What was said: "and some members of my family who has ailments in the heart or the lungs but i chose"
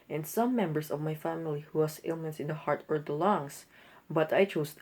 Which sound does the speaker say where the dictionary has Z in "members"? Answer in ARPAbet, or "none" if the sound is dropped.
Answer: S